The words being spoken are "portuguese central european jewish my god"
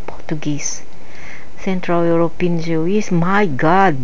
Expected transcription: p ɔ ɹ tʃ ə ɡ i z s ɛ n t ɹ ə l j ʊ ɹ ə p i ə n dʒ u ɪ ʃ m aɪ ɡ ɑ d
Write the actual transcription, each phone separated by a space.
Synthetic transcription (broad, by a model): p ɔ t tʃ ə ɡ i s s ɛ n t ɹ ə l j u ɹ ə p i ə n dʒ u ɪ s m aɪ ɡ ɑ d